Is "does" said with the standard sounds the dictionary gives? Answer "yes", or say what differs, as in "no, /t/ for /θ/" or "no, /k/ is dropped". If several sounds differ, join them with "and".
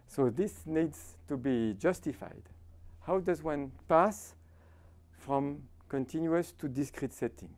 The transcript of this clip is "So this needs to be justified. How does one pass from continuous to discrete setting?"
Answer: yes